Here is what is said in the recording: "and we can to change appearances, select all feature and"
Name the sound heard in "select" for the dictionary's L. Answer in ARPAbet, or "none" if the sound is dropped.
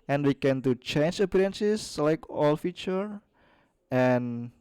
none